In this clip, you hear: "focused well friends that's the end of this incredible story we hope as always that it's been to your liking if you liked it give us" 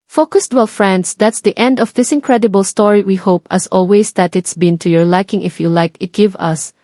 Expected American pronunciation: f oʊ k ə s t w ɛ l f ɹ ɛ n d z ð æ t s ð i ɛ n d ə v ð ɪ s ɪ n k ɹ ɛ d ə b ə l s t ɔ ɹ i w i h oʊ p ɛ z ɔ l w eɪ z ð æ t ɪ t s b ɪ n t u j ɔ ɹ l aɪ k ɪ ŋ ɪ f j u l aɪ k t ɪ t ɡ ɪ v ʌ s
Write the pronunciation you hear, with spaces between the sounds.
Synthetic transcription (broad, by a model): f oʊ k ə s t w ɛ l f ɹ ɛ n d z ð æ t s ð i ɛ n d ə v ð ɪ s ɪ n k ɹ ɛ d ə b ə l s t ɔ ɹ i w i h oʊ p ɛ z ɔ l w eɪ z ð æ t ɪ t s b ɪ n t u j ɔ ɹ l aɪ k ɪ ŋ ɪ f j u l aɪ k ɪ t ɡ ɪ v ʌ s